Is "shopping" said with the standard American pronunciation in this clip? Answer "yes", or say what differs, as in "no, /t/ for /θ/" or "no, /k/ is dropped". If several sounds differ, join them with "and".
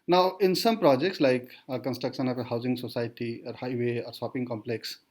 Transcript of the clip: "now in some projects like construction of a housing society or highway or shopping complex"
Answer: no, /s/ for /ʃ/